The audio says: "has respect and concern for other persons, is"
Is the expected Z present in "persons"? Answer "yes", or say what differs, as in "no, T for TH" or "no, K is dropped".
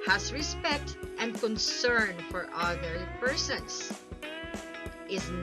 no, S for Z